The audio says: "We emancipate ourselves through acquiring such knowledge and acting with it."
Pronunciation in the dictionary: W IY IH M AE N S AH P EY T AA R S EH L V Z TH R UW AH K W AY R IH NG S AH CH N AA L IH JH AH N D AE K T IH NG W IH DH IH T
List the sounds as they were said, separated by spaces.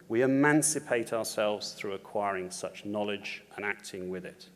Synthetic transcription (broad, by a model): W IY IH M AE N S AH P EY T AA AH S EH L V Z TH R UW AH K W AY R IH NG S AH CH N AA L IH JH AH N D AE K T IH NG W IH DH IH T